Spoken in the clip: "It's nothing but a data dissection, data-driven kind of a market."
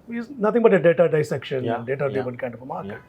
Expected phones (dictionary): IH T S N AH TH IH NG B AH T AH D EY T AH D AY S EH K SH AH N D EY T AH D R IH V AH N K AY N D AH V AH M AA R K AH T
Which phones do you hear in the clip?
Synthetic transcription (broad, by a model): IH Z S N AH T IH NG B AH T AH D EY T AH D AY S EH K SH AH N D EY T AH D EH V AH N K AY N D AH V AH M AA R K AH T